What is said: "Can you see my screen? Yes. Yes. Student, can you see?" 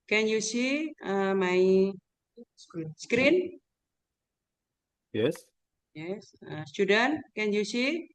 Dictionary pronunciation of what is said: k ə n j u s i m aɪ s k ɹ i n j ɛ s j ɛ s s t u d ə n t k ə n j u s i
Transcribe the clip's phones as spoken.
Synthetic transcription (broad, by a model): k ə n j u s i m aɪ s k ɹ i n j ɛ s j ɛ s s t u d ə n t k ə n j u s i